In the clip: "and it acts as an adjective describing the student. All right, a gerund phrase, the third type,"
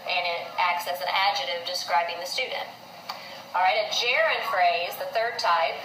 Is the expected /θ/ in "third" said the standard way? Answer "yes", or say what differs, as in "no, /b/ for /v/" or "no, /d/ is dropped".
yes